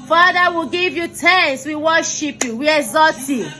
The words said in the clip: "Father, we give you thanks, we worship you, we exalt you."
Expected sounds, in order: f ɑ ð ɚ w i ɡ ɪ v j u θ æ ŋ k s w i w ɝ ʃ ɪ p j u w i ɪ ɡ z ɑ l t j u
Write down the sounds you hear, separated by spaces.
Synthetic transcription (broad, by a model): f ɑ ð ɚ w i ɡ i v j u t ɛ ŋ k s w i w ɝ ʃ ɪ p j u w i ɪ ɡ z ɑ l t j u